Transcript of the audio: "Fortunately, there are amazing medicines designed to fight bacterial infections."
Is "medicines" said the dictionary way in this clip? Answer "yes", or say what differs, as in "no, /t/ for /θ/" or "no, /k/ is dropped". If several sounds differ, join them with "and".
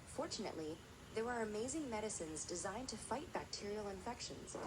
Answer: yes